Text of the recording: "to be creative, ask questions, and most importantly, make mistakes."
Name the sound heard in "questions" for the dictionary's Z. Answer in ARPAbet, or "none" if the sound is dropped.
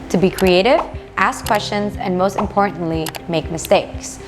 Z